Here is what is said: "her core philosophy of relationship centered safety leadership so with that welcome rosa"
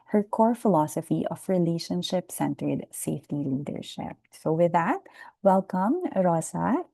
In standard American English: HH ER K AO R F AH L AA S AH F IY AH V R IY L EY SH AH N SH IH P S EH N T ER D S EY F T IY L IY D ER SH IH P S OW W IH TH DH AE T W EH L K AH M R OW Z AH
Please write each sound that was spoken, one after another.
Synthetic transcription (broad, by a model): HH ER K AO R F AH L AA S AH F IY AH F R IY L EY SH AH N SH IH P S EH N T ER D S EY F T IY L IY D ER SH IH P S OW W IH DH AE T W EH L K AH M R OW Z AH